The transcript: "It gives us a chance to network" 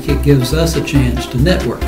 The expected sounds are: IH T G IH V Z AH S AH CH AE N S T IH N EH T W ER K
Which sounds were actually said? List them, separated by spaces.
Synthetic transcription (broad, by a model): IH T G IH V Z AH S AH CH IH N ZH T IH N EH T W ER K